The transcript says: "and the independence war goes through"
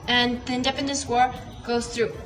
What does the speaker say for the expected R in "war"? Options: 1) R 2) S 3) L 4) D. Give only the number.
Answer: 1